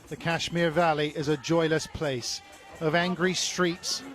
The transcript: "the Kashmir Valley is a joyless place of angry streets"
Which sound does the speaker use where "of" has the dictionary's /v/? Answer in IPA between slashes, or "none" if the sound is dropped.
/v/